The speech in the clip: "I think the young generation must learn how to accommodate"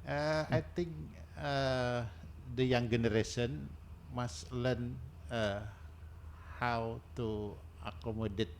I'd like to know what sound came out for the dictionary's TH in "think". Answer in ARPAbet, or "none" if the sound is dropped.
T